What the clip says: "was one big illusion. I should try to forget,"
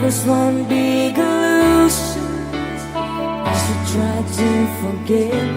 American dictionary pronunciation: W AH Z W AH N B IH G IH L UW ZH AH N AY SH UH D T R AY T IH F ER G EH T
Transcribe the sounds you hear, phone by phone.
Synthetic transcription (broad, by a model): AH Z W AH N B IH G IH L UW SH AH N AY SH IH T R AY T IH F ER G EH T